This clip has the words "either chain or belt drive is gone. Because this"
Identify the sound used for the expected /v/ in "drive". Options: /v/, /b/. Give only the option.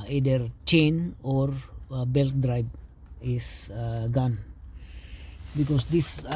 /b/